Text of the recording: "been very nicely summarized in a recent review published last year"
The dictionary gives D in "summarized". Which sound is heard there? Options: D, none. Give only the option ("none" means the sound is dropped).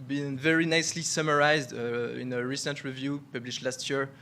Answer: D